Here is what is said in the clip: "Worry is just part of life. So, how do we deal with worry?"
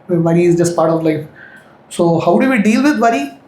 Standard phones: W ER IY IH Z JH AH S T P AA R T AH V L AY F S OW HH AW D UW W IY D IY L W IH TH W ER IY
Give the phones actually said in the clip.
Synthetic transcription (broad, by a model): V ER IY IH Z JH AH S T P AA R T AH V L AY F S OW HH AW D UW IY D IY L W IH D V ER IY